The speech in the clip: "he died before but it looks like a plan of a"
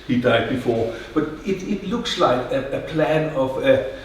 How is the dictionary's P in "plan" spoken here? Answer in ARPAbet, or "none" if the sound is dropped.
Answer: P